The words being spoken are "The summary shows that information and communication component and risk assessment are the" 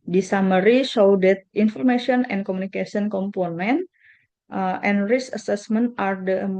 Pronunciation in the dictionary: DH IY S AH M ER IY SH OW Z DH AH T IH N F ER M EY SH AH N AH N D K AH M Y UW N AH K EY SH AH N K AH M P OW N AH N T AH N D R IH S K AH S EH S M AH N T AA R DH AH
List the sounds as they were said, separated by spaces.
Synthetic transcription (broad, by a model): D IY S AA M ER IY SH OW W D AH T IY N F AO M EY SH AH N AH N K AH M UW N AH K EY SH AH N K AH M P OW N AH N T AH N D R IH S AH S EH S M AH N T AA R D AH